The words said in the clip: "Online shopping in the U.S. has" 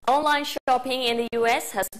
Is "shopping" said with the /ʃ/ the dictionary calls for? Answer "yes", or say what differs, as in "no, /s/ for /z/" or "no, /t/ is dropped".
yes